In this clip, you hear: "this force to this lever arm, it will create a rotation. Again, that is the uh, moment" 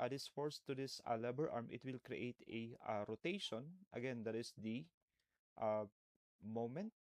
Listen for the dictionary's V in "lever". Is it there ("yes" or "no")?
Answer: no